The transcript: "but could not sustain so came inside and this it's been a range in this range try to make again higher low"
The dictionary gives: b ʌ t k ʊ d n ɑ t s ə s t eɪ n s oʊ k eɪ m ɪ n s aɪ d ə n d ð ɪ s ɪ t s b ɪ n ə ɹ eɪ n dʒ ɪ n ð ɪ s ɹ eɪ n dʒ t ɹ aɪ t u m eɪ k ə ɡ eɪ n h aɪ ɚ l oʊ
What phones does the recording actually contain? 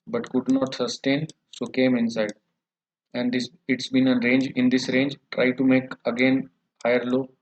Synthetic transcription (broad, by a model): b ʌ t k ʊ d n ɑ t s ə s t eɪ n s oʊ k eɪ m ɪ n s aɪ d ə n d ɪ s ɪ t s b ɪ n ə ɹ eɪ n dʒ ɪ n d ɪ s ɹ eɪ n dʒ t ɹ aɪ t u m eɪ k ə ɡ eɪ n h aɪ ɚ l oʊ